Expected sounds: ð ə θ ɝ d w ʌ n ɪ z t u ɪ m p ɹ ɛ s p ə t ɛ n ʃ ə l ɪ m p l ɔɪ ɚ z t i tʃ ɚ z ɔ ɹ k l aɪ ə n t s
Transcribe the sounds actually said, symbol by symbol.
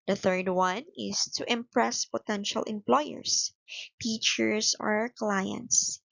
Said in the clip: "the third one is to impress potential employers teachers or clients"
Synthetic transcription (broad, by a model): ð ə θ ɝ d w ʌ n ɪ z t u ɪ m p ɹ ɛ s p ə t ɛ n ʃ ə l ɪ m p l ɔɪ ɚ s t i tʃ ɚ s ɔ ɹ k l aɪ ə n t s